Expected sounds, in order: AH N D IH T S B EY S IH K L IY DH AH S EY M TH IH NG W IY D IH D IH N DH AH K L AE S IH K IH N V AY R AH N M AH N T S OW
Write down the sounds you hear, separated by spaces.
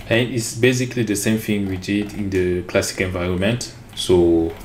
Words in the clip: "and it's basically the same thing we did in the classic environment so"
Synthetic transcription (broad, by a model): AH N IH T S B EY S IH K L IY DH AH S EY M F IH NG W IY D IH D IH N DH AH K L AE S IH K IH N V AY R AH N M AH N T S OW